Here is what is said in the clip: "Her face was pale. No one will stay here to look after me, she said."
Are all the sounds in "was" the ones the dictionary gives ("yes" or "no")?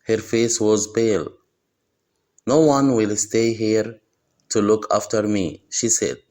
yes